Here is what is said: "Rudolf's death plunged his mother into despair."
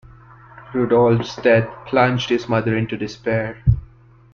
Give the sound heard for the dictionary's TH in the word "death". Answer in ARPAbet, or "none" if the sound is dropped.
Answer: T